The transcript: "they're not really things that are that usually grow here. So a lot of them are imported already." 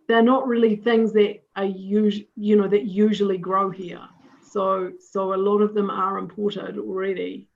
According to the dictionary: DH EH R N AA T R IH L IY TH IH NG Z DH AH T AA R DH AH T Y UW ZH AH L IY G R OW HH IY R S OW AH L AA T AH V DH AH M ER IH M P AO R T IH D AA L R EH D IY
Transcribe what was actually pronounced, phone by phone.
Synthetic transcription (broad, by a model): DH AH R N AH T R IH L IY TH IH NG Z DH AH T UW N DH AH T Y UW ZH AH L IY G R OW HH IY R S OW AH L AA T AH V DH AH M ER IH M P AO R T IH D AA L R EH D IY